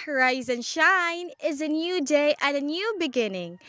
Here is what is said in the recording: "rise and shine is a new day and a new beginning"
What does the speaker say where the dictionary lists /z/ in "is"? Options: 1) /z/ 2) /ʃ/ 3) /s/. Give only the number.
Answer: 1